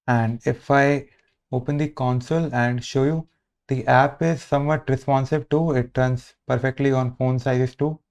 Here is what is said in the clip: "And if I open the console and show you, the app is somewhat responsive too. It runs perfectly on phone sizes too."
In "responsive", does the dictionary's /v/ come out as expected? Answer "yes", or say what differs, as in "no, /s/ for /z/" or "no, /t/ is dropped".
no, /b/ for /v/